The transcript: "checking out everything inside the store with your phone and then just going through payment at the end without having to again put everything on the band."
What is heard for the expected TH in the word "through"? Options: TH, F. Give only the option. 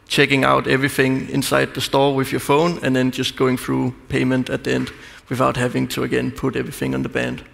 TH